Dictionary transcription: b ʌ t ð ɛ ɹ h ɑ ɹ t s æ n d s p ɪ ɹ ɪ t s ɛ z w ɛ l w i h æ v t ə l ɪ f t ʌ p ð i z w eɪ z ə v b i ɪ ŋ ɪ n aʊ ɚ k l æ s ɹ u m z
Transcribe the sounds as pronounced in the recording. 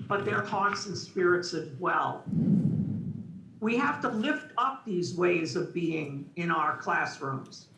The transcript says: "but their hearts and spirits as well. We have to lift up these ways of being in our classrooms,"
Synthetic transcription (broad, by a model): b ʌ t ð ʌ ɹ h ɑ ɹ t s n s p ɪ ɹ ɪ t s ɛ z w ɛ l w i h æ f t ə l ɪ f t ʌ p ð i z w eɪ z ə v b i ɪ ŋ ɪ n aʊ ɚ k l æ s ɹ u m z